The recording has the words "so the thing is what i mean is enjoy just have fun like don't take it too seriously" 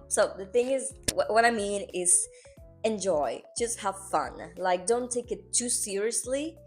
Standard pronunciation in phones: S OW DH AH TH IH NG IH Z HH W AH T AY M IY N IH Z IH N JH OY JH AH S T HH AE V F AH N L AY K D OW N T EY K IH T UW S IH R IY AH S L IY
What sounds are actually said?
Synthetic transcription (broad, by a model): S OW DH AH TH IH NG IH Z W W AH T AY M IY N IH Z IH N JH OY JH AH S T HH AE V F AH N L AY K D OW N T EY K IH T UW S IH R IY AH S L IY